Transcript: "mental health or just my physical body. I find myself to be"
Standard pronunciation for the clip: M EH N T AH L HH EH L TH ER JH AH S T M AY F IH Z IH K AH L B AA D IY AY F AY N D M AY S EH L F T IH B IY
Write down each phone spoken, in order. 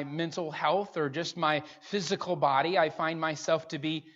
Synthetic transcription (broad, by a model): M EH N T L HH EH L TH ER JH AH S T M AY F IH Z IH K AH L B AA D IY AY F AY N M AY S EH L F T IH B IY